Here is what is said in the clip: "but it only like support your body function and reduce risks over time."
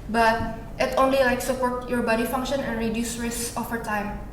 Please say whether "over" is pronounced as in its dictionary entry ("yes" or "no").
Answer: no